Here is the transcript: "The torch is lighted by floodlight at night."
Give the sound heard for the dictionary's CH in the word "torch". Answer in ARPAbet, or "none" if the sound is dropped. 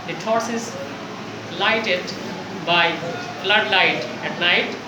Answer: S